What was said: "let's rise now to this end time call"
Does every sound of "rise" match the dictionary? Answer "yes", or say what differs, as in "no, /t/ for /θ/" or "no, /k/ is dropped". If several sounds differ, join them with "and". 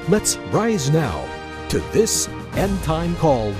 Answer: yes